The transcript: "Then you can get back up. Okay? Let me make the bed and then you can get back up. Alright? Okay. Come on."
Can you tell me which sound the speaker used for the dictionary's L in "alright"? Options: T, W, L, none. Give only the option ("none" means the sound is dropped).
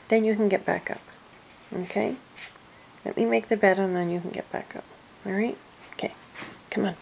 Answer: none